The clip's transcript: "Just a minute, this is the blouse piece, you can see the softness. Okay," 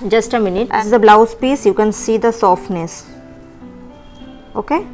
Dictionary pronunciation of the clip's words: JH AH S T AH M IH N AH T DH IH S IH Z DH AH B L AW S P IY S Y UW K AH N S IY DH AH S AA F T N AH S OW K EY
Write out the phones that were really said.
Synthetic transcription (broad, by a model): JH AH S T AH M IH N AH T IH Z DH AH B L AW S P IY S Y UW K AH N S IY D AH S AA F T N AH S OW K EY